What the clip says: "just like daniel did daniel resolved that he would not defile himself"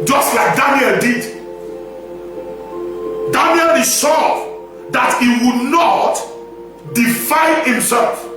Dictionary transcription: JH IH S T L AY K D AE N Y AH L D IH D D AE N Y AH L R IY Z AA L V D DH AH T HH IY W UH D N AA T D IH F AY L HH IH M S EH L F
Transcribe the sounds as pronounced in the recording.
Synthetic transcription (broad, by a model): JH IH S T L AY K D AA N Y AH L D IH D D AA N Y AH L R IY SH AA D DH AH T HH IY W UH D N AA T D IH F AY N HH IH M S EH L F